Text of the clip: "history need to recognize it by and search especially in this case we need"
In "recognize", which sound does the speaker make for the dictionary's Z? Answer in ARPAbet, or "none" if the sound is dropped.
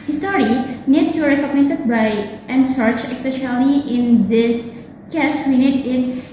S